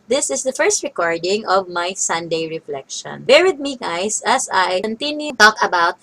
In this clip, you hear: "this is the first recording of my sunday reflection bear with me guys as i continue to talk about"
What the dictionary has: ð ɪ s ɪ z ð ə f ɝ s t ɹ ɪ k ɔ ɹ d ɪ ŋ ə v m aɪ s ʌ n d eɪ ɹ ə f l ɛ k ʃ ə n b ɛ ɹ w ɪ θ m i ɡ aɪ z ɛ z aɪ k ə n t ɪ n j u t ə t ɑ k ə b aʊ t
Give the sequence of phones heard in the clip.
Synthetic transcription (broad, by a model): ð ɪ s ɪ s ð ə f ɝ s t ɹ ɪ k ɔ ɹ d ɪ ŋ ə v m aɪ s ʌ n d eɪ ɹ ə f l ɛ k ʃ ə n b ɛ ɹ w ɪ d m i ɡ aɪ s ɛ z aɪ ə n t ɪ n j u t t ɑ k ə b aʊ t